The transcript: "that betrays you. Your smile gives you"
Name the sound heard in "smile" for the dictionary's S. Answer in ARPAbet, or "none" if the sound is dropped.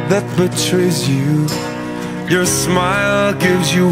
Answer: S